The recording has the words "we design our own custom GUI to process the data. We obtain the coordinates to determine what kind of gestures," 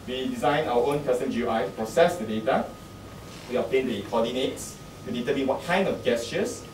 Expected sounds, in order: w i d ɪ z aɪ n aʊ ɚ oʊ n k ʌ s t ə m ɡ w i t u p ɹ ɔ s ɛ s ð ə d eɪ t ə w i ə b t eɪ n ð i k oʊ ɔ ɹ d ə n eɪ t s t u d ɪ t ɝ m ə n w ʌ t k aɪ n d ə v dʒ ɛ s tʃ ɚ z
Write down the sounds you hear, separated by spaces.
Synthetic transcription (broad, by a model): w i d ɪ z aɪ n aʊ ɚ oʊ n k ʌ s t ə m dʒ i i t u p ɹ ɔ s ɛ s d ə d eɪ t ə w i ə t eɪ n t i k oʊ ɔ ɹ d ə n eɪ t t u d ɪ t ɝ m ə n w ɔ t k aɪ n d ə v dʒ ɛ s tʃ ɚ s